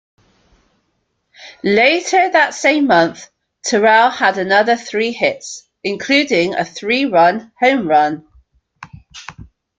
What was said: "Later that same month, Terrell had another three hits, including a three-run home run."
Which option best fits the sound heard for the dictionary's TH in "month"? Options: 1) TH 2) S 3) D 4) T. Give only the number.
1